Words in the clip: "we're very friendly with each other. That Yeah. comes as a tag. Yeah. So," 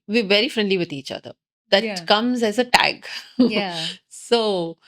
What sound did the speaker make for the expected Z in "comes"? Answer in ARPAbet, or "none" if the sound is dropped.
Z